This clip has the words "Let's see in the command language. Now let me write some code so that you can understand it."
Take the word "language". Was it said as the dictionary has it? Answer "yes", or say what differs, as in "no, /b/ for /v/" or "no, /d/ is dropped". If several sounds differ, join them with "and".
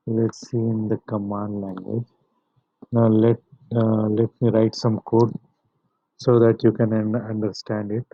yes